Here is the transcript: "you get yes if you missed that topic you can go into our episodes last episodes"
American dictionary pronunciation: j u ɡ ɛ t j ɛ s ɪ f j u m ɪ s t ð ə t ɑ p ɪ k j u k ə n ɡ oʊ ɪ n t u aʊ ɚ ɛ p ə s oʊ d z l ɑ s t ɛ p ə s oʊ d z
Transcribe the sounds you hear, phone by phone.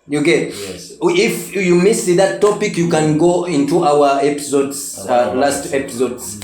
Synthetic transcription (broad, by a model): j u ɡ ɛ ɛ ɪ f j u m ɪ s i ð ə t ɑ p ɪ k j u k ə n ɡ oʊ ɪ n t u aʊ ɚ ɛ p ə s oʊ d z l ɑ s t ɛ p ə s oʊ d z